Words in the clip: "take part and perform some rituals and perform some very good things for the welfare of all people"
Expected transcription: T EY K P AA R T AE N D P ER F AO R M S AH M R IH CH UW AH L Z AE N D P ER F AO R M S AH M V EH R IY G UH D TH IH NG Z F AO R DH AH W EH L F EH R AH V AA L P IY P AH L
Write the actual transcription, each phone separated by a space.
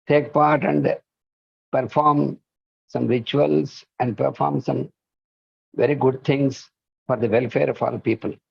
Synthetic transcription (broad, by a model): T EY K P AA R T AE N D P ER F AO R M S AH M R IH CH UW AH L S AE N D P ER F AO R M S AH M V EH R IY G UH D T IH NG S F AO R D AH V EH L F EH R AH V AA L P IY P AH L